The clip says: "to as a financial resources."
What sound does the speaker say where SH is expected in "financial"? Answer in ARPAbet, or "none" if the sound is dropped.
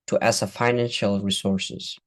SH